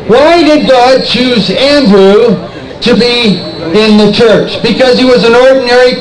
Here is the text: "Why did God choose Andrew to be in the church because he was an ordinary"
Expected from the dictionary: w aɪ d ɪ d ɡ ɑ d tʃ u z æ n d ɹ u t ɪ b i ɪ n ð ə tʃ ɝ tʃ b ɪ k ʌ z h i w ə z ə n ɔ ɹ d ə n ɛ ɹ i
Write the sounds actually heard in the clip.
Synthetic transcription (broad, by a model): w aɪ d ɪ d ɡ ɑ d tʃ u z æ n d ɹ u t ɪ b i ɪ n ð ə tʃ ɝ tʃ b ɪ k ʌ z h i w ə z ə n ɔ ɹ d n ɛ ɹ i